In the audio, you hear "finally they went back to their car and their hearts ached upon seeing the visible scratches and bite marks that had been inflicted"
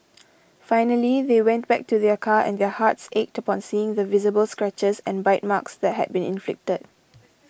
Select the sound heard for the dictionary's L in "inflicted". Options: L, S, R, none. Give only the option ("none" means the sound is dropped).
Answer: L